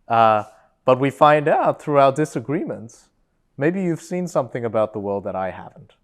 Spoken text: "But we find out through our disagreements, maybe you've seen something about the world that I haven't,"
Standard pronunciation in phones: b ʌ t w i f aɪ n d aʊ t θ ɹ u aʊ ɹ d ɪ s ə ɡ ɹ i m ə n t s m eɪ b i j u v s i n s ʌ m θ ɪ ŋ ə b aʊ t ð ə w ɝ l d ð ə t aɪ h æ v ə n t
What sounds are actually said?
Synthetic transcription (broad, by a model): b ʌ t w i f aɪ n d aʊ t θ ɹ u aʊ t d ɪ s ə ɡ ɹ i m ə n t s m eɪ b i j u v s i n s ʌ m θ ɪ ŋ ə b aʊ t ð ə w ɝ l d ð ə t aɪ h æ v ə n t